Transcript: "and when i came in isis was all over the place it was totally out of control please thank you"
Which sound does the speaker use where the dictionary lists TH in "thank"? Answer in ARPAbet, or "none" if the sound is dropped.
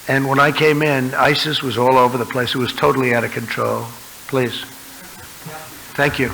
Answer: TH